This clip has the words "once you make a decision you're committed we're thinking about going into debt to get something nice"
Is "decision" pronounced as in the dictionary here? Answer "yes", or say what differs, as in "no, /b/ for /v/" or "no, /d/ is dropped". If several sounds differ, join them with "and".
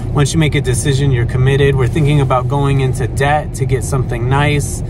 yes